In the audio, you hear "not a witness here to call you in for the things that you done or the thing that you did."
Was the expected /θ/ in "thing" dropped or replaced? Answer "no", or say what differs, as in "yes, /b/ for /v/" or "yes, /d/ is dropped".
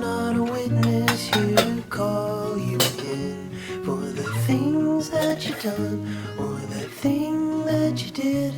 no